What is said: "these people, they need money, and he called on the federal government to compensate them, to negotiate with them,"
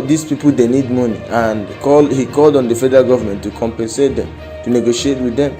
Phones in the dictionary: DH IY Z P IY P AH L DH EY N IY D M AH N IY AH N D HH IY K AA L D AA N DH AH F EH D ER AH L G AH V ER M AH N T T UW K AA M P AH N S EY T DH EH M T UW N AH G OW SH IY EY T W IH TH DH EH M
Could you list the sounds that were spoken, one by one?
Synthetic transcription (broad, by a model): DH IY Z P IY P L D EY N IY D M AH N IY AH N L HH IY K AA L D AA N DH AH F EH D ER AH L G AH V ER M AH N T T UW K AA M P AH N S EY T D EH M T UW N AH G OW SH IY EY T W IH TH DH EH M